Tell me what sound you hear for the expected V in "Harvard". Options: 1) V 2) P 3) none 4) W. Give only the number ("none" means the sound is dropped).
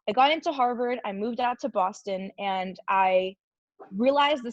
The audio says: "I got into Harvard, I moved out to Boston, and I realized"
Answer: 1